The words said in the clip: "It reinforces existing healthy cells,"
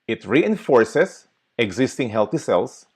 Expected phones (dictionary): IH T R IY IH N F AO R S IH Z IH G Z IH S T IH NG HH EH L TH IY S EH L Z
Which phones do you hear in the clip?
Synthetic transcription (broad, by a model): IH T R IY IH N F AO R S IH S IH G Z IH S T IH NG HH EH L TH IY S EH L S